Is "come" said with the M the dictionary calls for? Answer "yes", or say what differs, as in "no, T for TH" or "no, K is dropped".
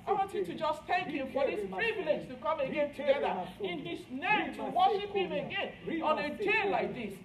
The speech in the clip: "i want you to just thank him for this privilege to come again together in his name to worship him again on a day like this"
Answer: yes